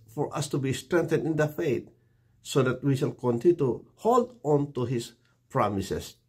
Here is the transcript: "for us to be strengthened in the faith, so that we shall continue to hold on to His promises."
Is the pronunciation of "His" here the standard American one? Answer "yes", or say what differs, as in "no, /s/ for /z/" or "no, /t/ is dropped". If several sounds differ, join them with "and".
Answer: no, /s/ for /z/